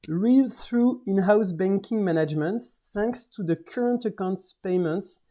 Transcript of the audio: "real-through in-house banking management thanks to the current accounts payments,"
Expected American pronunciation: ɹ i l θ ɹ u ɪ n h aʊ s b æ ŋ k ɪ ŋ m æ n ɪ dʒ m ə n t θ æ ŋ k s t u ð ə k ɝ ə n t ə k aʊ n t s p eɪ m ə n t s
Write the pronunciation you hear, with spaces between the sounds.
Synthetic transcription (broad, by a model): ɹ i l θ ɹ u ɪ n h aʊ s b æ ŋ k ɪ ŋ m æ n ɪ dʒ m ə n t s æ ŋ k s t u ð ə k ɝ ə n t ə k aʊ n t s p eɪ m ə n t s